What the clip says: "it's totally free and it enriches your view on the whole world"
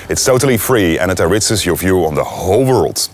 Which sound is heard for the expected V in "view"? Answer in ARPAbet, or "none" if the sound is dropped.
V